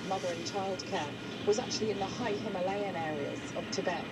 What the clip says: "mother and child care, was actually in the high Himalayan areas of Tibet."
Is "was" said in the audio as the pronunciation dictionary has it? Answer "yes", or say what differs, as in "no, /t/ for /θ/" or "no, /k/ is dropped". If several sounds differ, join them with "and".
yes